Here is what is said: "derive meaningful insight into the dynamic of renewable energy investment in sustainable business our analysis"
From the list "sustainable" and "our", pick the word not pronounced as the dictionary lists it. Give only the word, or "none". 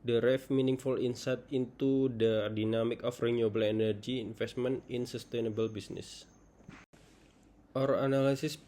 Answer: none